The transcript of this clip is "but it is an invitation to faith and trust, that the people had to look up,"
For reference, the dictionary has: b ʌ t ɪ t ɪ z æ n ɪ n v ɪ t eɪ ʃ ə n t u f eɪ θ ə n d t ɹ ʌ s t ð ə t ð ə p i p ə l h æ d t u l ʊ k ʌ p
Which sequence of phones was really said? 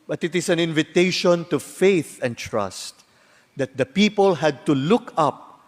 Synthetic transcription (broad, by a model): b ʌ t ɪ t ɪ s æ n ɪ n v ɪ t eɪ ʃ ə n t u f eɪ θ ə n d t ɹ ʌ s t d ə t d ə p i p ə l h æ d t u l ʊ k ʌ p